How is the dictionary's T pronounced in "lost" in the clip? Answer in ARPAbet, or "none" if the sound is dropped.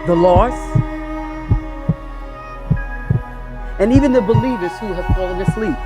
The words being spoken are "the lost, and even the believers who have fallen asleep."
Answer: none